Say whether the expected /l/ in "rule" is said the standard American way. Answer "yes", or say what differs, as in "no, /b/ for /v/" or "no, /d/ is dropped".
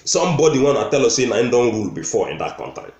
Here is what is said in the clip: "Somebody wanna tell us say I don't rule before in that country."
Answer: yes